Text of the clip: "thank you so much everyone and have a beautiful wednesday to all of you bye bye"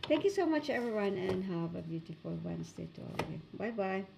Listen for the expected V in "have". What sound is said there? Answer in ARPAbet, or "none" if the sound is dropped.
V